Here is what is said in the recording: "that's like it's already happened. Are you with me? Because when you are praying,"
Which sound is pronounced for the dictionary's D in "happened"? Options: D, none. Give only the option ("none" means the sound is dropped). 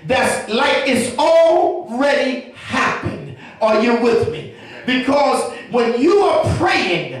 D